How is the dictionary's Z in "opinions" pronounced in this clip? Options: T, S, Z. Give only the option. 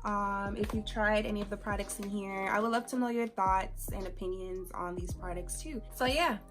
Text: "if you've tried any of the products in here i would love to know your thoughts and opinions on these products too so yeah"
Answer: Z